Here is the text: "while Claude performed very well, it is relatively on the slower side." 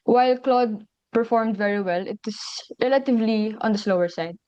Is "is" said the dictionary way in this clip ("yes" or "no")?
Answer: no